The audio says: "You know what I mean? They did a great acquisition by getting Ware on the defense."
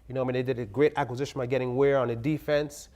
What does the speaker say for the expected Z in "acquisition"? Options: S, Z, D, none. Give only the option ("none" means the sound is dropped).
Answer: Z